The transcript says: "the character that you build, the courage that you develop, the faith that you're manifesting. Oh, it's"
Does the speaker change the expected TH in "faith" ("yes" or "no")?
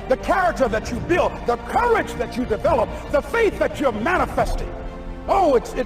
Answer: no